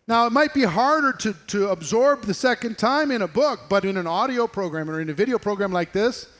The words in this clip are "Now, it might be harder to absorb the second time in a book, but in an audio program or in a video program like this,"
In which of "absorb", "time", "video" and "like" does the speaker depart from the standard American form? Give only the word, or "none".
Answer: none